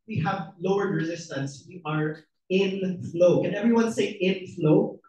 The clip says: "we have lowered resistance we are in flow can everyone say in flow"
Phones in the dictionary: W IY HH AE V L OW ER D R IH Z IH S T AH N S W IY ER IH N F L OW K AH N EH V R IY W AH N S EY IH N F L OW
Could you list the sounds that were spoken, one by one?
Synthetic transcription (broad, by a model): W IY HH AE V L OW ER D R IH Z IH S T AH N S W IY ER IH N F L OW K AH N EH V R IY W AH N S EY IH N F L OW